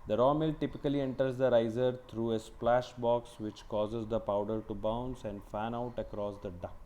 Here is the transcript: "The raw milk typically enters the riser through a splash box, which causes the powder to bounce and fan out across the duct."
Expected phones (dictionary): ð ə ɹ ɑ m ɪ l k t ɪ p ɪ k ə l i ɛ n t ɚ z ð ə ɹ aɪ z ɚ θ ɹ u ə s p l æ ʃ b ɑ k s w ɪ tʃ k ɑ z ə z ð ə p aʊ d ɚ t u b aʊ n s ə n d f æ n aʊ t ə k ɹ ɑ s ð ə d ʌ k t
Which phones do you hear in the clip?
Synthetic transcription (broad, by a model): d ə ɹ ɑ m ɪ l t ɪ p ɪ k ə l i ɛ n t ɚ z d ə ɹ aɪ z ɚ t ɹ u ə s p l æ ʃ b ɑ k s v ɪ tʃ k ɑ z ə z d ə p aʊ d ɚ t u b aʊ n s ə n d f æ n aʊ t ə k ɹ ɑ s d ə d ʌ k